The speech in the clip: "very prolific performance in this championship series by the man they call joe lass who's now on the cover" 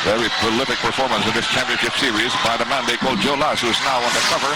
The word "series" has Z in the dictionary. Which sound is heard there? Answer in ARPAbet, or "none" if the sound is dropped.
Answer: Z